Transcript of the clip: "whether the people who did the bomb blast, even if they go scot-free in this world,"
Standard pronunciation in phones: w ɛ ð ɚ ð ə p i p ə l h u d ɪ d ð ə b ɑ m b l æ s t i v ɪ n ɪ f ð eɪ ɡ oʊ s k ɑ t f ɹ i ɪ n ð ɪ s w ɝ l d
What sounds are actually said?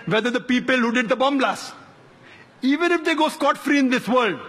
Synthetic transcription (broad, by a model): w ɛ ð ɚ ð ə p i p ə l h u d ɪ d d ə b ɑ m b l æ s i v ɪ n ɪ f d eɪ ɡ oʊ s k ɑ t f ɹ i ɪ n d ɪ s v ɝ l d